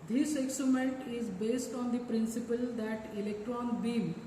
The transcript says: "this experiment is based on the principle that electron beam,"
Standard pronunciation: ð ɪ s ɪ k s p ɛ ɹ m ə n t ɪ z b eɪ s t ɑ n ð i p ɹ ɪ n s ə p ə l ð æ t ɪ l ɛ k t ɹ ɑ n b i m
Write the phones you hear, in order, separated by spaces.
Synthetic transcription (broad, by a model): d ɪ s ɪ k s u m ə n t ɪ z b eɪ s t ɑ n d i p ɹ ɪ n s ə p ə l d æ t ɪ l ɛ k t ɹ ɑ n b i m